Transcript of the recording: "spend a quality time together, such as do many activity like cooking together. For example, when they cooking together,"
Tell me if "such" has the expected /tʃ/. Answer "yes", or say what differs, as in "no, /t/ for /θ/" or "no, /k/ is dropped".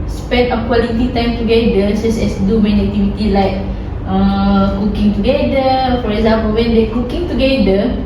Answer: no, /s/ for /tʃ/